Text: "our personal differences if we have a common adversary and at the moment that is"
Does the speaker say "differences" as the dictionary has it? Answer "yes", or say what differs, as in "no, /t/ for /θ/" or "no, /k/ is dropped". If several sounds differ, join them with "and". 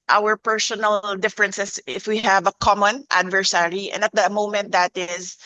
no, /s/ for /z/